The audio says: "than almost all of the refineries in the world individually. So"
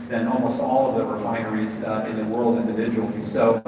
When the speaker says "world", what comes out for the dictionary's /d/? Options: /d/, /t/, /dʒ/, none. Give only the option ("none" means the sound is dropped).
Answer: /d/